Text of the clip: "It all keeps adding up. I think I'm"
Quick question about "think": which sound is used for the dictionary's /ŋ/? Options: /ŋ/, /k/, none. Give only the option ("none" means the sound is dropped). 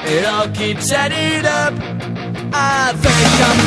none